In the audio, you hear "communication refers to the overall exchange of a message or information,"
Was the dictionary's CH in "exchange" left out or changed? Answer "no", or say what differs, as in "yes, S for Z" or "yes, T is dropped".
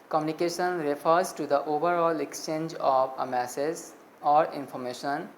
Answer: no